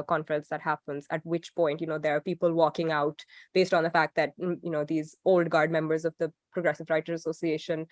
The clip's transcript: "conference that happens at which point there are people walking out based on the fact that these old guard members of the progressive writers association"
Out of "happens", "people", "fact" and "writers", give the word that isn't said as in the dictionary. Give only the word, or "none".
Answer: writers